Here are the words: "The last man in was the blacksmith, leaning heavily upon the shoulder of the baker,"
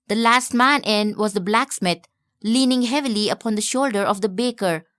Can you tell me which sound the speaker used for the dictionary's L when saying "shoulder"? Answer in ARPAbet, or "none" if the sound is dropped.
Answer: L